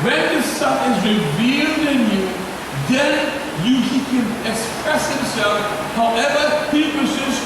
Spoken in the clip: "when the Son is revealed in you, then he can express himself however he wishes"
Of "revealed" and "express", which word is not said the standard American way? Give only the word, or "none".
none